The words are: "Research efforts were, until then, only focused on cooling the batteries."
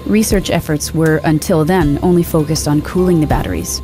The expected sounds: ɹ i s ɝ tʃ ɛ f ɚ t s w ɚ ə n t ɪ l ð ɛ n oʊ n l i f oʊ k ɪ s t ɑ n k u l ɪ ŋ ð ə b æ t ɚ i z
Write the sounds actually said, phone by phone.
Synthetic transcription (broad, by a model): ɹ i s ɝ tʃ ɛ f ɚ t s w ɚ ə n t ɪ l ð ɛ n oʊ n l i f oʊ k ɪ s t n k u l ɪ ŋ ð ə b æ t ɚ i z